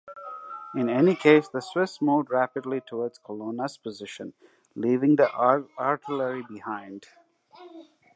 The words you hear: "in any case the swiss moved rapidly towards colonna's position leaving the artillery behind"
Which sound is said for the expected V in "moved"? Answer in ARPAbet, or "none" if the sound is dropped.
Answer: none